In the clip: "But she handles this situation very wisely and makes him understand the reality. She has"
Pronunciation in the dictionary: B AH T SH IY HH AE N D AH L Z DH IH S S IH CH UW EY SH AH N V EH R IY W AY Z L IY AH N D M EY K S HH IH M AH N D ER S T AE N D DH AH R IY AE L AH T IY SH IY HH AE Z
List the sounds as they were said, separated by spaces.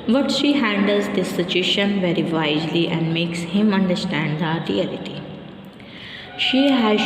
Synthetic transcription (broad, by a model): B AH T SH IY HH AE N D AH L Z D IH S S IH CH UW EY SH AH N V EH R IY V AY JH L IY AH N D M EY K S HH IH M AH N D ER S T AE N D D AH R IY AE L AH T IY SH IY HH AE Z